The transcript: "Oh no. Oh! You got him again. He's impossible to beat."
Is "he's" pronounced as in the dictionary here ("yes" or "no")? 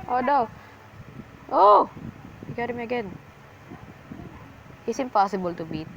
no